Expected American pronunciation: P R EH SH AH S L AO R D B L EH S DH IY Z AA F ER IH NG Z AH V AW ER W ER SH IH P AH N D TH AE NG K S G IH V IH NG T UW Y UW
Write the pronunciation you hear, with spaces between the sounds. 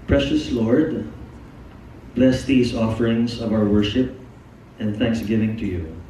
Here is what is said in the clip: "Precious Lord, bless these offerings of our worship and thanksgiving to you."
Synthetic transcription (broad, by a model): P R EH SH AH S L AO R D B L EH S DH IY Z AA F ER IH NG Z AH V AW ER W ER SH IH P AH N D TH AE NG K S G IH V IH NG T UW Y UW